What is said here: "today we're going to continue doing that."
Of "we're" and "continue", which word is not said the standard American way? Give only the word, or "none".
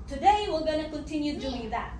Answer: we're